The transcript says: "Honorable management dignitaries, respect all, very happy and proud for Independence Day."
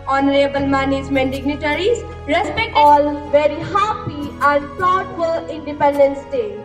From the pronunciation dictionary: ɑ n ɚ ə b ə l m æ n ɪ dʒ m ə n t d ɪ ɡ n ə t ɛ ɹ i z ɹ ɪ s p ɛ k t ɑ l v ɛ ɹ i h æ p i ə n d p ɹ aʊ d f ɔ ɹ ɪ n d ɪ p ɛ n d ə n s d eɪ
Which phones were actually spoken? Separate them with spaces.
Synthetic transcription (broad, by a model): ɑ n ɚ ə b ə l m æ n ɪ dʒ m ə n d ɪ ɡ n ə t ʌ ɹ i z ɹ ɪ s p ɛ k t ɑ l v ɛ ɹ i h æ p i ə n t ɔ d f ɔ l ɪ n d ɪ p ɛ n d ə n s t eɪ